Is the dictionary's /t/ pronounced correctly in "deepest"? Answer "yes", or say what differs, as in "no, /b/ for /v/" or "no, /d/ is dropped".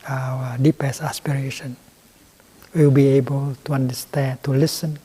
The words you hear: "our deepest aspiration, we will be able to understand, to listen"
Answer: no, /t/ is dropped